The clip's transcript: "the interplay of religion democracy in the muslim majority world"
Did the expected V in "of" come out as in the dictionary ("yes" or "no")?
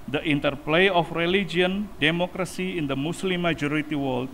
no